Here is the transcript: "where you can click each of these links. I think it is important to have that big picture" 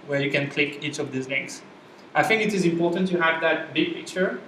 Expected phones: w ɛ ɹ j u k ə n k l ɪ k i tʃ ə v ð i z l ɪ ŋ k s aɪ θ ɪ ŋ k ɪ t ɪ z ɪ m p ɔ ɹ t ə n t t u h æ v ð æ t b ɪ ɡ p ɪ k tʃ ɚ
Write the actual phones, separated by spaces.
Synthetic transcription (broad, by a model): w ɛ ɹ j u k ə n k l ɪ k i tʃ ə v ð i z n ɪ k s aɪ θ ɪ ŋ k ɪ t ɪ z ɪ m p ɔ ɹ t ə n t t u h æ v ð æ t b ɪ ɡ p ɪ k tʃ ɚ